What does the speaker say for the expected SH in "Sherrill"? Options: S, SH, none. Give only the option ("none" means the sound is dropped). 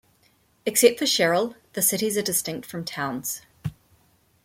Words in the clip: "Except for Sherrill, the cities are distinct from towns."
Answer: SH